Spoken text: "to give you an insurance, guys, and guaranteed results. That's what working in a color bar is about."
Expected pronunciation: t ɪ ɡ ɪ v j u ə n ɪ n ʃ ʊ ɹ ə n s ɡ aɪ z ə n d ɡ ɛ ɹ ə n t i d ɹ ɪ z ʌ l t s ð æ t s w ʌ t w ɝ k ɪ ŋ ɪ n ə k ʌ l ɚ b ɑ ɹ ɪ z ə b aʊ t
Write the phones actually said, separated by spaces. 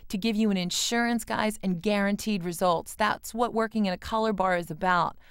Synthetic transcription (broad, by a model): t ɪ ɡ ɪ v j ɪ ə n ɪ n ʃ ʊ ɹ ə n s ɡ aɪ z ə n ɡ ɛ ɹ ə n t i d ɹ ɪ z ʌ l t s ð æ t s w ʌ t w ɝ k ɪ ŋ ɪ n ə k ʌ l ɚ b ɑ ɹ ɪ z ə b aʊ t